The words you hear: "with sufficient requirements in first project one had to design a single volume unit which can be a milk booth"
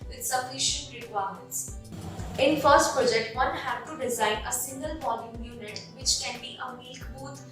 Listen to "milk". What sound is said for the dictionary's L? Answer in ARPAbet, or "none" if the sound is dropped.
none